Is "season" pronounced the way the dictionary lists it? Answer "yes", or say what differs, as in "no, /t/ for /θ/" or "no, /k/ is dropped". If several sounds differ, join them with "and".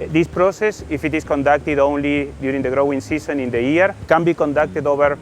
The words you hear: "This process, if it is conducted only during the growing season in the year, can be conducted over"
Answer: no, /s/ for /z/